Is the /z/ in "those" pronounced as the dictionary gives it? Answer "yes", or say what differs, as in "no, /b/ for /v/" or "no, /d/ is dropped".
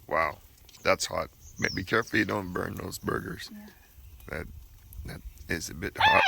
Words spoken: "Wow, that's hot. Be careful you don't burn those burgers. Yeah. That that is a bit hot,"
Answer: yes